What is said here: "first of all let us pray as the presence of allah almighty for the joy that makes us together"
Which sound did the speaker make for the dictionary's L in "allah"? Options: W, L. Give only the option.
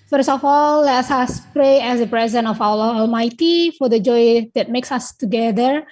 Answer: W